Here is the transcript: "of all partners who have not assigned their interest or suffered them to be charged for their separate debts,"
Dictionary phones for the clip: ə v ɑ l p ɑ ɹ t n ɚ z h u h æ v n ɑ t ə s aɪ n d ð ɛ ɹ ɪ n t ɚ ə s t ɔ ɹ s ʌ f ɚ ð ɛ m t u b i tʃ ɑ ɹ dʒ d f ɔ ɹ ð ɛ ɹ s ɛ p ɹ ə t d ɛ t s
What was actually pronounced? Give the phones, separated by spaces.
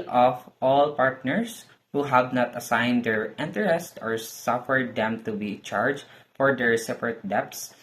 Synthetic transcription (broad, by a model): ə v ɑ l p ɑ ɹ t n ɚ s h u h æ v n ɑ t ə s aɪ n d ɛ ɹ ɪ n t ɚ ə s t ɔ ɹ s ʌ f ɚ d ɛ m t u b i tʃ ɑ ɹ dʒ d f ɔ ɹ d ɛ ɹ s ɛ p ɹ ə t d ɛ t s